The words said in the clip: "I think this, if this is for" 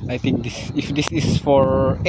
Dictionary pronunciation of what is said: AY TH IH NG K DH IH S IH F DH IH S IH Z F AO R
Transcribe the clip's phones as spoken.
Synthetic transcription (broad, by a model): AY T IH NG K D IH S IH F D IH S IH S F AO R